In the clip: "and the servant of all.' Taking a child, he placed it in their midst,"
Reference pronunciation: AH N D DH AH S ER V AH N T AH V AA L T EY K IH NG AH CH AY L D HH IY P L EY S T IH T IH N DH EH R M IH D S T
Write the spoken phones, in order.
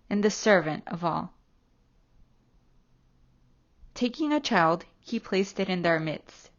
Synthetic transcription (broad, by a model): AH N DH AH S ER V AH N T AH V AA L T EY K IH NG AH CH AY L D HH IY P L EY S T IH T IH N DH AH R M IH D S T